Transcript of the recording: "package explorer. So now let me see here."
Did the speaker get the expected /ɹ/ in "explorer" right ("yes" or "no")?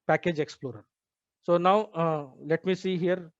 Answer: yes